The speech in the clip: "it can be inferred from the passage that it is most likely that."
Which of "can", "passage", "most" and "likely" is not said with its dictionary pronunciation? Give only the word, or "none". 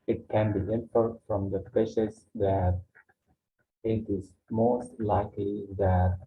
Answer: passage